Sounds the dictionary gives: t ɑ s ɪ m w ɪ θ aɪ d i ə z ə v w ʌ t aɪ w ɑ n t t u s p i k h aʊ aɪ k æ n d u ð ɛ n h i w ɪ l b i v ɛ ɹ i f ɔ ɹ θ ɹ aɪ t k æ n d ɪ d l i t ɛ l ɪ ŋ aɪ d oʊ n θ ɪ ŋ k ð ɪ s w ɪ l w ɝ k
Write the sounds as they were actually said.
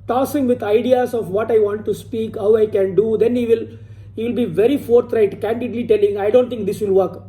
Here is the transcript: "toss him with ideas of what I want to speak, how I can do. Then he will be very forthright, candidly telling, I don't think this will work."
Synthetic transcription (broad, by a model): t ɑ s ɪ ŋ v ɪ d aɪ d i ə s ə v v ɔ t aɪ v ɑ n t t u s p i k h aʊ aɪ k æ n d u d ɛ n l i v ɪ l b i v ɛ ɹ i f ɔ ɹ t ɹ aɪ t k æ n d ɪ d l i t ɛ l ɪ ŋ aɪ d oʊ n t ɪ k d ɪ s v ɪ l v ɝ k